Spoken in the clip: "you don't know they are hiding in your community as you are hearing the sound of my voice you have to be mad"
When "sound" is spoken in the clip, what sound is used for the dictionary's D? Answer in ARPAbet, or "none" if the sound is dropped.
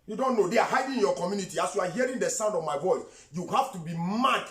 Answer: D